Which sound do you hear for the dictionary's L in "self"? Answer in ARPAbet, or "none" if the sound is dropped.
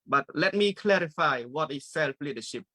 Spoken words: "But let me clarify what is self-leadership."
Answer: L